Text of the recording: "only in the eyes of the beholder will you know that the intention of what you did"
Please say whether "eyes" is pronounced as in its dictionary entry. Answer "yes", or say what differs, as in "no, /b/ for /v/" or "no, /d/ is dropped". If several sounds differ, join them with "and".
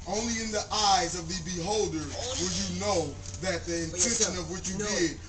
yes